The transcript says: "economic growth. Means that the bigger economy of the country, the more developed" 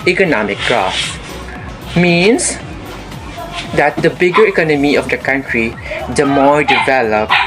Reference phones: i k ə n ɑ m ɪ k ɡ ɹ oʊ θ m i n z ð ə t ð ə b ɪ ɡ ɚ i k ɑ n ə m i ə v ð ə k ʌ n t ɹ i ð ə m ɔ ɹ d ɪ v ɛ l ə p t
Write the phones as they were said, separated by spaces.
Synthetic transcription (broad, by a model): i k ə n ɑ m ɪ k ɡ ɹ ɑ s m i n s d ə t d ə b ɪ ɡ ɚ i k ɑ n ə m i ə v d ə k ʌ n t ɹ i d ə m ɔ ɹ d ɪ v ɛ l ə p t